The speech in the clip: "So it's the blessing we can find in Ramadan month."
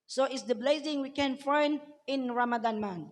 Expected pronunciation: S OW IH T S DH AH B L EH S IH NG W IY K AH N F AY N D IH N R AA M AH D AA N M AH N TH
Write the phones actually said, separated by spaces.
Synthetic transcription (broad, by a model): S OW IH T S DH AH B L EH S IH NG W IY K AH N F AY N IH N R AA M AH D AA N M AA N